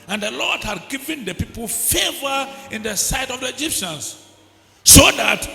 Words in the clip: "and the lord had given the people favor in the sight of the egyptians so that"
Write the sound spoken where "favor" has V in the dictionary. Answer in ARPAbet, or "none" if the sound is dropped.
V